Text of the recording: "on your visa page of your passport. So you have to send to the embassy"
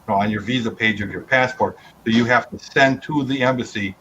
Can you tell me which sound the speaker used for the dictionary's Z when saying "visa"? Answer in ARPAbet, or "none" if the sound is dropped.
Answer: Z